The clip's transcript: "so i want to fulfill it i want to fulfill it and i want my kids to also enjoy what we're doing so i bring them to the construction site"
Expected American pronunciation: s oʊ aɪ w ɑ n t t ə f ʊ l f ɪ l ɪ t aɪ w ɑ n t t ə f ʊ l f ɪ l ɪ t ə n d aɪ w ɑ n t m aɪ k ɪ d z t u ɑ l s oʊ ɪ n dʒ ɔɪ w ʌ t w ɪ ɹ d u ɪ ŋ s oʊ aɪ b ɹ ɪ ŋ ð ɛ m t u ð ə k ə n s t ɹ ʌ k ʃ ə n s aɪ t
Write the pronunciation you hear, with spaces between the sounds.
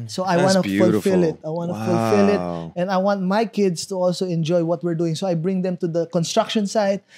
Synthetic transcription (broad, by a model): s oʊ aɪ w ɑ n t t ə f ʊ l f ɪ l ɪ t aɪ w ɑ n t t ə f ʊ l f ɪ l ɪ t ə n d aɪ w ɑ n t m aɪ k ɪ d s t u ɑ l s oʊ ɪ n dʒ ɔɪ w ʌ t w ɪ ɹ d u ɪ ŋ s oʊ aɪ b ɹ ɪ ŋ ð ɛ m t u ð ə k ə n s t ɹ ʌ k ʃ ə n s aɪ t